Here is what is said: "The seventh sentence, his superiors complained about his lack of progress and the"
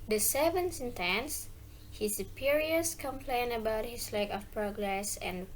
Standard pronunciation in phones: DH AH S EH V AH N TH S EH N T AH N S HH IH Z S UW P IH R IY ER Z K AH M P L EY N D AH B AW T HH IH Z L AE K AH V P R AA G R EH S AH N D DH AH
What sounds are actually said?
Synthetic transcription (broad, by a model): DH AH S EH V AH N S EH N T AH N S HH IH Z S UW P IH R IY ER S K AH M P L EY N AH B AW T HH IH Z L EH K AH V P R AA G R EH S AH N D